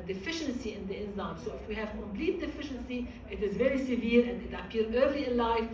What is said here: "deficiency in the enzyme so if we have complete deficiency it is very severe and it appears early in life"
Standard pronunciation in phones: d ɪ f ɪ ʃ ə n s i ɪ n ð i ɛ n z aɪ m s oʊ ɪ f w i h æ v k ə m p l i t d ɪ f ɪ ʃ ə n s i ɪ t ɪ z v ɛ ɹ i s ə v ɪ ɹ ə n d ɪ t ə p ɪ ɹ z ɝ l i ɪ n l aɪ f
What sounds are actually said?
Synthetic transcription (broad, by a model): d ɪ f ɪ ʃ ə n s i ɪ n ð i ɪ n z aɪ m s oʊ ɪ f w i h æ v k ə m p l i t d ɪ f ɪ ʃ ə n s i ɪ t ɪ z v ɛ ɹ i s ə v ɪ ɹ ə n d ɪ t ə p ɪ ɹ ɝ l i ɪ n l aɪ f